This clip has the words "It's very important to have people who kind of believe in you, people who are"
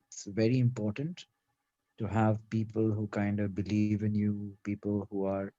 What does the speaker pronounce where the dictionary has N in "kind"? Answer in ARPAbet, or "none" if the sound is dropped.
N